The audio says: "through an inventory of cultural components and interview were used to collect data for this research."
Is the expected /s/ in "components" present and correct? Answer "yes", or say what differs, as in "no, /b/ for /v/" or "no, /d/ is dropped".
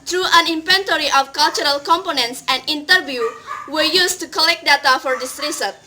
yes